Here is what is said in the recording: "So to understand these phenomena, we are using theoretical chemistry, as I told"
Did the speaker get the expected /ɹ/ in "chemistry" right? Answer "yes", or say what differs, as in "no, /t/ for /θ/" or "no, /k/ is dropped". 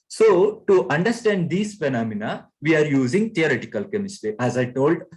no, /ɹ/ is dropped